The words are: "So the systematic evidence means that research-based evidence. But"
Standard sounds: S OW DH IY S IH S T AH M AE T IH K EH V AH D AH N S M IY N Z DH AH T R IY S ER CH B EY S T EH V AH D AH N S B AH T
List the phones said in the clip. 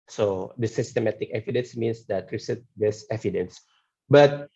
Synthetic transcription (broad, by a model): S OW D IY S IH S T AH M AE T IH K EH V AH D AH N S M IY N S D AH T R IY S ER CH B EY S EH V AH D AH N S B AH T